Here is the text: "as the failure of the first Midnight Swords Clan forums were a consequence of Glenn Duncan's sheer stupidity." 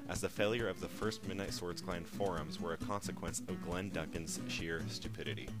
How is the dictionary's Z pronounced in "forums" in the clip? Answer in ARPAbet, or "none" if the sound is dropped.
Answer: Z